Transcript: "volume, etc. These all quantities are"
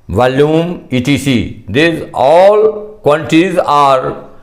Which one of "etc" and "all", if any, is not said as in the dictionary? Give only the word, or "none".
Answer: etc